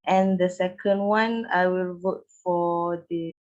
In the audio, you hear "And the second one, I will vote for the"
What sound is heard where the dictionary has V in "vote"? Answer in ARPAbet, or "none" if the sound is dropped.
V